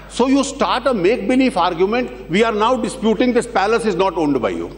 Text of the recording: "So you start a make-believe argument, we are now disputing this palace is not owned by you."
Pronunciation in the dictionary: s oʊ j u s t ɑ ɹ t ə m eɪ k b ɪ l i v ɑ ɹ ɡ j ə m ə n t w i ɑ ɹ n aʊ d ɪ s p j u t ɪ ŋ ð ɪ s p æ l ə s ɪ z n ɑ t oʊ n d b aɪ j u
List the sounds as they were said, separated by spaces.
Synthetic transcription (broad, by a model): s oʊ j u s t ɑ ɹ t ə m eɪ k b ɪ l i f ɑ ɹ ɡ j ə m ə n t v i ɑ ɹ n aʊ d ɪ s p j u t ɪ ŋ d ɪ s p æ l ə s ɪ z n ɑ t oʊ n d b aɪ j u